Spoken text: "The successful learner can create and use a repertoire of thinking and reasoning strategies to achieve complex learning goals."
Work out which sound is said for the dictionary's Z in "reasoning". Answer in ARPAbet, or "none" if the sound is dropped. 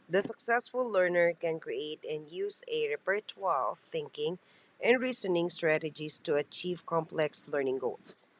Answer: S